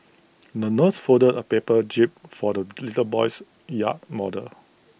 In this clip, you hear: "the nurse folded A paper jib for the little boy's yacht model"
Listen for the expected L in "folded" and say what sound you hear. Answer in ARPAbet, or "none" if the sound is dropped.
none